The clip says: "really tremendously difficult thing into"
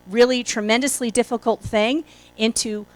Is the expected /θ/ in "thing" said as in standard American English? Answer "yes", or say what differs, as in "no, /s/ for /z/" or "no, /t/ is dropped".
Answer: yes